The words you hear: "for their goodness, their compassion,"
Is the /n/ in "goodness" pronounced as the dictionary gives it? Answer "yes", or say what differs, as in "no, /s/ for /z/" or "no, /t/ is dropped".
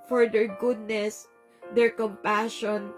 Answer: yes